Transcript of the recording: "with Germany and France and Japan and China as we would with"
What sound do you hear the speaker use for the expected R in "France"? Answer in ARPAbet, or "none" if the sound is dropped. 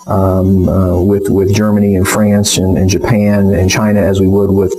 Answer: R